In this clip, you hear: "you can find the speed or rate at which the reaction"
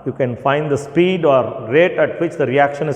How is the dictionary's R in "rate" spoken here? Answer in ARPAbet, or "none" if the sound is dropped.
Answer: R